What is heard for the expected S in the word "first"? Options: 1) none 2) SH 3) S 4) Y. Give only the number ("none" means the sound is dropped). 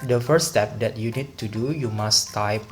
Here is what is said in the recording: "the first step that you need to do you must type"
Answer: 1